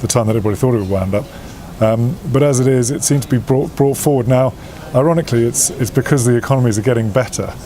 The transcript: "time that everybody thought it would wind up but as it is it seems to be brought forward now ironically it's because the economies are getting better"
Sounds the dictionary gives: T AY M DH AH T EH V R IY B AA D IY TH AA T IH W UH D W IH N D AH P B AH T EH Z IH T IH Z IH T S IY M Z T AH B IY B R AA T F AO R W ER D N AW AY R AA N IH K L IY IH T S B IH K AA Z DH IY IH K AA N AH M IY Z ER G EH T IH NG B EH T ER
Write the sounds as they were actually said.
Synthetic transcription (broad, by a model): T AY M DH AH T EH V R IY B AA D IY TH AA T IH W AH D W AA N D AH P B AH T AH Z IH T IH Z IH T S IY M Z T AH B IY B R AA T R AO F W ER D N AW AY R AA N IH K L IY IH T S B IH K AA Z DH IY IH K AA N AH M IY Z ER G EH T IH NG B EH T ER